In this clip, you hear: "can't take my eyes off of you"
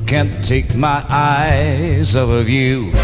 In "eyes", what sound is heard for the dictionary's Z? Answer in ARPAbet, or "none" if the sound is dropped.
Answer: Z